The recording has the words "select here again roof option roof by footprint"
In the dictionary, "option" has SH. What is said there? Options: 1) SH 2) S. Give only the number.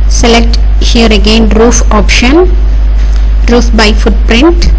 1